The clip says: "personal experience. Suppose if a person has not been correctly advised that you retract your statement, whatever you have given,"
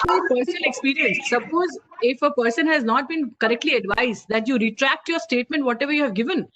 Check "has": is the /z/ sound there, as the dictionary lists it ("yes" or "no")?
yes